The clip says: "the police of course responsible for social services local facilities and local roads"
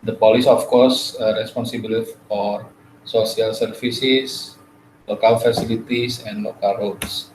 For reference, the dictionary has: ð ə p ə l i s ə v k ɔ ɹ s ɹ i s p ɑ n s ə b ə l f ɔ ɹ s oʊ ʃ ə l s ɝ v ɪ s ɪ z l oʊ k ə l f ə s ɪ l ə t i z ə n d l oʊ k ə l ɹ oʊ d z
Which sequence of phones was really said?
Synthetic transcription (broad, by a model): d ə p ə l i s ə f k ɔ ɹ s ɹ i s p ɑ n s ə b ə l f ɔ ɹ s oʊ s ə l s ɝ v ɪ s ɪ s l oʊ k ə l f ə s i l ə t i s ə n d l oʊ k ə l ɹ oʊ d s